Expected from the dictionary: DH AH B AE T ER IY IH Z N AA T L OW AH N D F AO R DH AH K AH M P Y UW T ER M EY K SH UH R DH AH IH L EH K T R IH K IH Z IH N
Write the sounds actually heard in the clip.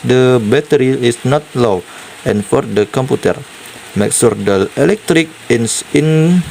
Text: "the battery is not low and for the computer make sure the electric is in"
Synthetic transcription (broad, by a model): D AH B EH T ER IY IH S N AA T L OW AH N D F AO R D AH K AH M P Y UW T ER M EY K S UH R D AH IH L EH K T R IH K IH S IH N